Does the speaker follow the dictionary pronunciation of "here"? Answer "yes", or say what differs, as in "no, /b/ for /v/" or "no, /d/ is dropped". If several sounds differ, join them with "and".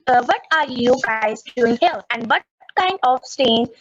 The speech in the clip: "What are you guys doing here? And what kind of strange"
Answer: no, /l/ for /ɹ/